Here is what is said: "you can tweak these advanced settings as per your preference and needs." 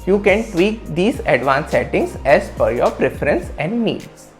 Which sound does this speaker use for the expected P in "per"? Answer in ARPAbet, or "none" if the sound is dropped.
F